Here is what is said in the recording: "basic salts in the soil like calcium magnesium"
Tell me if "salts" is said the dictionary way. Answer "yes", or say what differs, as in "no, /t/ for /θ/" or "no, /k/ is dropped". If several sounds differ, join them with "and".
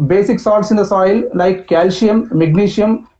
no, /l/ is dropped